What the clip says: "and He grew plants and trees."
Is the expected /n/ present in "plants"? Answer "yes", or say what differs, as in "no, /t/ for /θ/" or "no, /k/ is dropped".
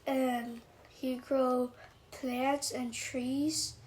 no, /n/ is dropped